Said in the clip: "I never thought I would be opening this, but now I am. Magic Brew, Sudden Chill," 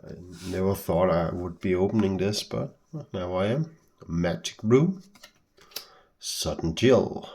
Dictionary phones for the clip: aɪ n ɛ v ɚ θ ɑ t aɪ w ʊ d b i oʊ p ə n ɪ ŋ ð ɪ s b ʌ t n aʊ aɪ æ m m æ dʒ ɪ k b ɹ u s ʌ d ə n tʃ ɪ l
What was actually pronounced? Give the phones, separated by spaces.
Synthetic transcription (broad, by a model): aɪ n ɛ v ɚ θ ɑ t aɪ w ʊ d b i oʊ p ə n ɪ ŋ ð ɪ s b ʌ t n aʊ aɪ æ m m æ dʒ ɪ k ɹ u s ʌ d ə n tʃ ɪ l